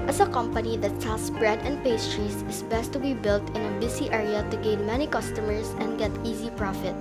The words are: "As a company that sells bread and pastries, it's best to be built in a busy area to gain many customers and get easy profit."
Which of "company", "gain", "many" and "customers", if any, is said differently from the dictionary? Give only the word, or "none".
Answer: customers